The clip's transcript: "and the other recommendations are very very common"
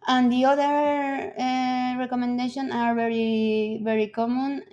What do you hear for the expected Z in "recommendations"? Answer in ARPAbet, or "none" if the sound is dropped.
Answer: none